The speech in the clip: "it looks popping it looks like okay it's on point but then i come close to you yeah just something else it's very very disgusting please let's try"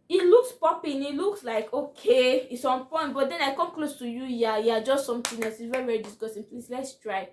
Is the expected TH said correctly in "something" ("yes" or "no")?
no